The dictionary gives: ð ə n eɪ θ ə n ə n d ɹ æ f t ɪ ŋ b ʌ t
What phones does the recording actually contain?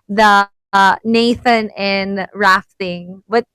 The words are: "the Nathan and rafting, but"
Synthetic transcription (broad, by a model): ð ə n eɪ θ ə n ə n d ɹ æ f t ɪ ŋ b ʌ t